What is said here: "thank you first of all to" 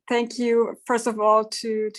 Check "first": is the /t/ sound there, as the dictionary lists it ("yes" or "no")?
yes